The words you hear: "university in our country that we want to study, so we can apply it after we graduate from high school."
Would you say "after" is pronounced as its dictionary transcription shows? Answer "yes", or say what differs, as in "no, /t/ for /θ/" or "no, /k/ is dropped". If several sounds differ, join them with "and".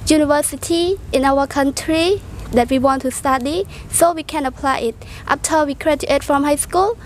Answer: no, /p/ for /f/